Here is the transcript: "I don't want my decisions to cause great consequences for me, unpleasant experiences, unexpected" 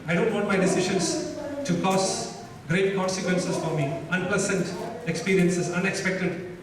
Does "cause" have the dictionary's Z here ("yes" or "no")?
no